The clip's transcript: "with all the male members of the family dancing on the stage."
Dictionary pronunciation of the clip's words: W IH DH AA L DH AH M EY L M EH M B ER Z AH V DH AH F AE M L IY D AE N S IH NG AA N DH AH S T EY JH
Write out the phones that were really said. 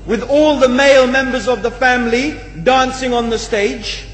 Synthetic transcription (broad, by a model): W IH DH AA L DH AH M EY L M EH M B ER Z AH V DH AH F AE M L IY D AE N S IH NG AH N DH AH S T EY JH